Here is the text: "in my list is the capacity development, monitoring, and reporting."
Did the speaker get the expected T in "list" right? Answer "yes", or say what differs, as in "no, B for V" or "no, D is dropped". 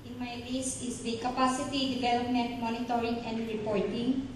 no, T is dropped